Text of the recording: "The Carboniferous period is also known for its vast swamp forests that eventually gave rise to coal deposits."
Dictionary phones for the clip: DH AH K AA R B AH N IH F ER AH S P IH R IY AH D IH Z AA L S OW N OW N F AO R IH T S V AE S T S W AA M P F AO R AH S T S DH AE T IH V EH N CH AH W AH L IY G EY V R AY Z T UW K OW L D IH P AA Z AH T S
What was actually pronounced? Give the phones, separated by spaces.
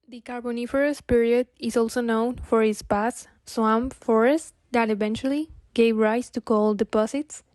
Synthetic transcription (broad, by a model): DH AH K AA R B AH N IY F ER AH S P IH R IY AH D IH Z AA L S OW N OW N F AO R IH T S P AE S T S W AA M F AO R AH S T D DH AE T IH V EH N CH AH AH L IY G EY V R AY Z T UW K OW L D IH P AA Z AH T S